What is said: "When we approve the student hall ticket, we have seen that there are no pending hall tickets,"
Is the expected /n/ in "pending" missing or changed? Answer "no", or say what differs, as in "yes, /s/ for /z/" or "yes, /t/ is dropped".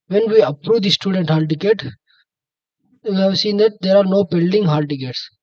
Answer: yes, /l/ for /n/